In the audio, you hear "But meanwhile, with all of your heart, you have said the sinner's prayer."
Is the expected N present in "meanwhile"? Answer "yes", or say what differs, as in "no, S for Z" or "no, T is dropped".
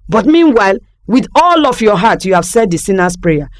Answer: yes